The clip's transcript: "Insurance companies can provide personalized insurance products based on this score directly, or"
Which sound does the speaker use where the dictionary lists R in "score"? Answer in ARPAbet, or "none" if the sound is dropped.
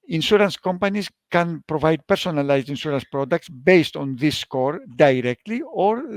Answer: R